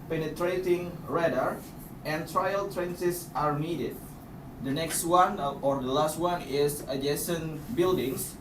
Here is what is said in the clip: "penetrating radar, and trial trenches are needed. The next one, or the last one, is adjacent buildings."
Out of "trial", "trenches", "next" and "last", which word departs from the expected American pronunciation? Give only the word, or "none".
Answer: trenches